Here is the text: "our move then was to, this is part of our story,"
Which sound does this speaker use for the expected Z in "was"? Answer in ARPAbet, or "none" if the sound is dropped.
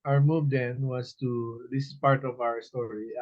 S